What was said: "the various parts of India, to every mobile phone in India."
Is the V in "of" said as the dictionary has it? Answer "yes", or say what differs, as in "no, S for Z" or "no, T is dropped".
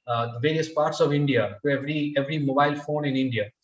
yes